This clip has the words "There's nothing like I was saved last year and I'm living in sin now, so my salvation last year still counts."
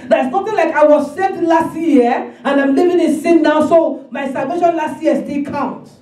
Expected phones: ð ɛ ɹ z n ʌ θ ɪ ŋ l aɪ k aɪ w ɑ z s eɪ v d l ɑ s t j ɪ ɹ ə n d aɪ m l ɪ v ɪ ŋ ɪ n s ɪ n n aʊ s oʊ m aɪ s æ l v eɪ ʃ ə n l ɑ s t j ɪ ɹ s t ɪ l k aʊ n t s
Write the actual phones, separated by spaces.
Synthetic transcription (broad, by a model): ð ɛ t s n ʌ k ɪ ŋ l aɪ k aɪ w ɑ z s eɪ d l ɑ s t j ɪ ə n aɪ m l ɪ v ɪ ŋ ɪ n s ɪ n n aʊ s oʊ m aɪ s æ l v eɪ ʃ ə n l ɑ s t j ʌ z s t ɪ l k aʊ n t